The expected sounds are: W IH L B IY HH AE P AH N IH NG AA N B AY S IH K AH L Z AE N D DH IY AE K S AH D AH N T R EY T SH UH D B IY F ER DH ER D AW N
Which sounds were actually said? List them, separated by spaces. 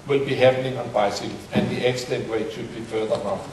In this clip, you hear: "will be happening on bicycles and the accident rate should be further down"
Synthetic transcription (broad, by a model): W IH L B IY HH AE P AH N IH NG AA N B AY S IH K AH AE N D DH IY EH K S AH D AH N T W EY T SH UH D B IY F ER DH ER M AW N